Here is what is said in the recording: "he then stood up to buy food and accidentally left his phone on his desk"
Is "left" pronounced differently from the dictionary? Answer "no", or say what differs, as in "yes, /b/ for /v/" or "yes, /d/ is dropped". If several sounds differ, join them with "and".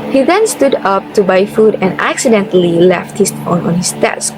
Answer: no